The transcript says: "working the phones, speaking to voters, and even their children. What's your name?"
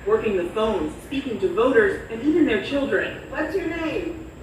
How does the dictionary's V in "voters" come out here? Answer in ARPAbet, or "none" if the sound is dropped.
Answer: V